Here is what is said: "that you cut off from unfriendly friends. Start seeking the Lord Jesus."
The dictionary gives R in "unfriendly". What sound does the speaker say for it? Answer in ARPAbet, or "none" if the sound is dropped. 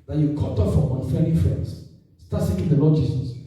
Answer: none